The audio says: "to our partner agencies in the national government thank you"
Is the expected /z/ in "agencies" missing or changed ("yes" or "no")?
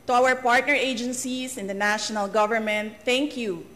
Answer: yes